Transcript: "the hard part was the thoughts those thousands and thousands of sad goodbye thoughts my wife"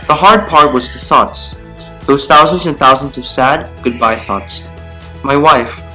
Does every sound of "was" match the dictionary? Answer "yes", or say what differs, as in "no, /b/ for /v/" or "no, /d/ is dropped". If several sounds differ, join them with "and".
yes